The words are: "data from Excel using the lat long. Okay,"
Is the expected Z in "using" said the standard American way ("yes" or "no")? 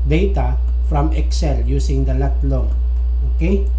no